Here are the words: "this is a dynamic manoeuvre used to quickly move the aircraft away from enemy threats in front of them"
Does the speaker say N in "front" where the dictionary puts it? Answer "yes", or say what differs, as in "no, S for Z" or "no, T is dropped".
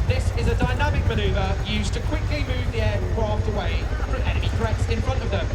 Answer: yes